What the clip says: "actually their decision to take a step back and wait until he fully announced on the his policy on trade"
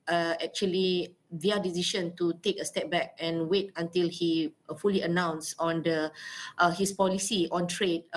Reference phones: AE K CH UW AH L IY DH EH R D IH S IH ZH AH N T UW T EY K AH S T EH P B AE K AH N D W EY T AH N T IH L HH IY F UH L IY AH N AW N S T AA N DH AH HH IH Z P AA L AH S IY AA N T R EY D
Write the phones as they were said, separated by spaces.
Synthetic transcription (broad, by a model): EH K CH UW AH L IY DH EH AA D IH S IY SH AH N T UW T EY K AH S T EH P B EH K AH N W EY T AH N T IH L HH IY F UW L IY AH N AW N S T AA N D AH HH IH S P AA L AH S IY AA N T R EY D